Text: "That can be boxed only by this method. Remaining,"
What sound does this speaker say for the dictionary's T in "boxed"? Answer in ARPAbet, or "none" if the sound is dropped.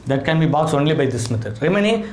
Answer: none